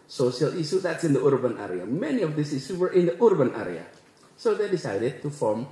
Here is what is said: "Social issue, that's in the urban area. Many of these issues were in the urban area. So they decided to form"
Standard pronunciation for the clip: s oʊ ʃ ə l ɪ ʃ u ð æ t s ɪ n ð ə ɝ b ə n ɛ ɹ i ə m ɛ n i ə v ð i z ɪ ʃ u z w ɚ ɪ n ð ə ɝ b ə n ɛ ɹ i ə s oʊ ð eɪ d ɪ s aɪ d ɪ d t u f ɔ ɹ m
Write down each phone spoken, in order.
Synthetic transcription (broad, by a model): s oʊ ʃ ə l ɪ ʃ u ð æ t s ɪ n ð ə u b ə n ɛ ɹ i ə m ɛ n i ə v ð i s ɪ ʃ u w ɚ ɪ n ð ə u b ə n ɛ ɹ i ə s oʊ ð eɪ d ɪ s aɪ d ɪ d t u f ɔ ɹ m